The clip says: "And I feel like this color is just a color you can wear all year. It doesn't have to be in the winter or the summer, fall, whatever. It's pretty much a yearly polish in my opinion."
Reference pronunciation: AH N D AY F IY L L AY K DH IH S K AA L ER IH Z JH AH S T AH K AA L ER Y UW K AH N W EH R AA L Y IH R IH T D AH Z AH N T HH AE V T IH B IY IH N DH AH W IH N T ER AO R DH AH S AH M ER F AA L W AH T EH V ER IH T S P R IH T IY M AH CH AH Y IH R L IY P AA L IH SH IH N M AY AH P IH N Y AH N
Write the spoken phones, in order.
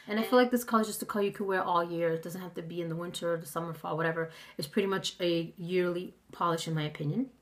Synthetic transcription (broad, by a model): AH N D AY F IY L L AY K DH IH S K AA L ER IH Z JH AH S T AH K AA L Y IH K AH W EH R AA L Y IH R IH T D AH Z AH N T HH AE F T IH B IY IH N DH AH W IH N T ER R DH AH S AH M ER F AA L W AH T EH V ER IH T S P R IH T IY M AH CH AH Y IH R L IY P AA L IH SH IH N M AY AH P IH N Y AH N